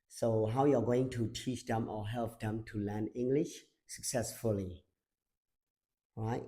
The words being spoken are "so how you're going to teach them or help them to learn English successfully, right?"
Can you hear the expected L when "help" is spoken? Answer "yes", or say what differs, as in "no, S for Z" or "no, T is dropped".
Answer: yes